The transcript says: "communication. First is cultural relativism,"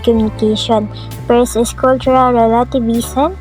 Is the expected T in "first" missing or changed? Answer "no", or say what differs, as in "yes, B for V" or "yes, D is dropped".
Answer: yes, T is dropped